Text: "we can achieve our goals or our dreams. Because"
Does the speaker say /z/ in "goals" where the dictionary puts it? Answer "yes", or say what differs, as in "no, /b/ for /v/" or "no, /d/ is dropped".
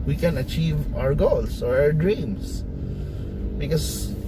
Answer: no, /s/ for /z/